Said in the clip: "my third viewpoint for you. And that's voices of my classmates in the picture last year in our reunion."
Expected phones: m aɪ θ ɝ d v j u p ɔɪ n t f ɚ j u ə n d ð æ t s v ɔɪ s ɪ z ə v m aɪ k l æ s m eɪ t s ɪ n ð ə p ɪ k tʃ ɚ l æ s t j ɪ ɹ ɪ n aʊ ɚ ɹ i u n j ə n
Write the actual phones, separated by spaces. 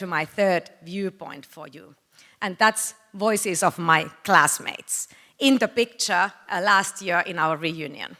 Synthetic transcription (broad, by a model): m aɪ θ ɝ d v j u p ɔɪ n t f ɚ j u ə n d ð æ t s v ɔɪ s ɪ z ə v m aɪ k l æ s m eɪ t s ɪ n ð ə p ɪ k tʃ ɚ l æ s t j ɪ ɹ ɪ n aʊ ɚ ɹ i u n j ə n